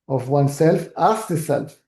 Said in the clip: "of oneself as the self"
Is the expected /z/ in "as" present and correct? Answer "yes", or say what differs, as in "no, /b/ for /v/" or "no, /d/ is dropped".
no, /s/ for /z/